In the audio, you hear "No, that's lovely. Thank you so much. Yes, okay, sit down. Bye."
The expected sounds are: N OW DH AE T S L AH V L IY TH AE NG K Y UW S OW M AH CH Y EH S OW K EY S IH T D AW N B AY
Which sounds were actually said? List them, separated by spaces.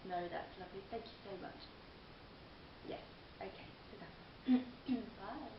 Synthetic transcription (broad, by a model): N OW DH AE T S L AH V L IY TH AE NG K Y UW S OW M AH CH Y EH S OW K EY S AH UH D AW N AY